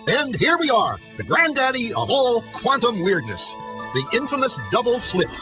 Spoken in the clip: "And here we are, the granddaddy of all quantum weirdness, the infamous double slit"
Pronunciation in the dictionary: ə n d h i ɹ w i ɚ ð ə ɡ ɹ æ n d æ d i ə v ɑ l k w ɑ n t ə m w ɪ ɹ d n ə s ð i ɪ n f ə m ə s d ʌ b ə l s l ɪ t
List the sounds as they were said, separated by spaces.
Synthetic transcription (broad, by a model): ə n h i ɹ w i ɚ ð ə ɡ ɹ æ n d æ d i ə v ɑ l k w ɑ n t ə m w ɪ ɹ d n ə s ð i ɪ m f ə m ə s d ʌ b l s l ɪ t